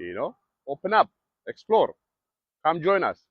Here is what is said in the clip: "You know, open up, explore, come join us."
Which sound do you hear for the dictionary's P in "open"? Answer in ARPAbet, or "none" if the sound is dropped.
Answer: P